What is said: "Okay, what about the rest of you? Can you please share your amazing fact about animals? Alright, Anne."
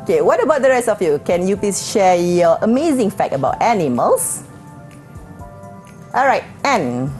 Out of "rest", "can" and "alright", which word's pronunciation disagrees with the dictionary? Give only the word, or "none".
none